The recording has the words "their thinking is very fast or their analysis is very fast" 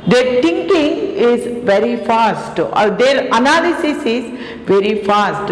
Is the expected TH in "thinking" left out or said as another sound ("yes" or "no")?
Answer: yes